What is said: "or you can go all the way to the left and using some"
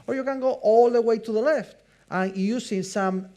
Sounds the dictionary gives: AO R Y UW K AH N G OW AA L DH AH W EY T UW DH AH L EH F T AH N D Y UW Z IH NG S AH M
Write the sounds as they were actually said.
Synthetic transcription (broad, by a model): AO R Y UW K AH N G OW AA L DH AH W EY T UW DH AH L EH F T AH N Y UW S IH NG S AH M